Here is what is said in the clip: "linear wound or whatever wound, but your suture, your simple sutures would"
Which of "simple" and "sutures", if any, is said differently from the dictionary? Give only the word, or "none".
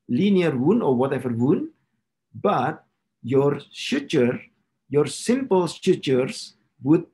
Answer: sutures